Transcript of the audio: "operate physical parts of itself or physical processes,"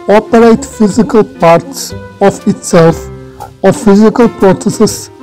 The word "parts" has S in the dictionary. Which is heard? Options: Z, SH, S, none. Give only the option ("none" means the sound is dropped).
S